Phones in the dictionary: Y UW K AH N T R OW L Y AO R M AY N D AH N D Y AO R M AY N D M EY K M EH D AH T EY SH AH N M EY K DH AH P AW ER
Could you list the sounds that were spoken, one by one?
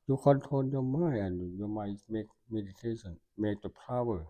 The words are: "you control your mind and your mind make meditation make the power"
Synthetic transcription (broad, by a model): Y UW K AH N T OW N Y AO M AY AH N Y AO M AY M EY K M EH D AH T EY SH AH N M EY K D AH P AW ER